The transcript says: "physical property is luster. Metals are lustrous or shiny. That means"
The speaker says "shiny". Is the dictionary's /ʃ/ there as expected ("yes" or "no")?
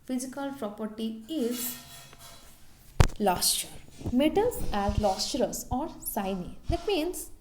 no